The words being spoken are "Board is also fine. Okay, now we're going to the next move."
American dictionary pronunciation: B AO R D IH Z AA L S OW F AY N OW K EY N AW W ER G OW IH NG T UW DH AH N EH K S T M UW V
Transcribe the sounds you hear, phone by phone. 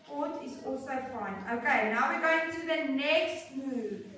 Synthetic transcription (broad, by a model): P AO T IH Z AA L S OW F AY N OW K EY N AW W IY G OW IH NG T UW DH AH N EH K S T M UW